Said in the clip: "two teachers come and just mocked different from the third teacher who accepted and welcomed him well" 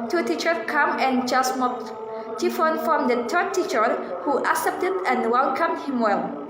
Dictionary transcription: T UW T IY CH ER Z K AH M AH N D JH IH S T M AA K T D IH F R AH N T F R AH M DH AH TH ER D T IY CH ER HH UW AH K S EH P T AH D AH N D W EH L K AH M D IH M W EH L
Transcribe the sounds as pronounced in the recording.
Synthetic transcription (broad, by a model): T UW T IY CH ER K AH M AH N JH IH S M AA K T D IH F AH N F R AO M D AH T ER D T IY CH ER HH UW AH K S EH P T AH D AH N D W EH L K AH M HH IH M W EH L